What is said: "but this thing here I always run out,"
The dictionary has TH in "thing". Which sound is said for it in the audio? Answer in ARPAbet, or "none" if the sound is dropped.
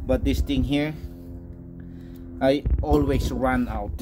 T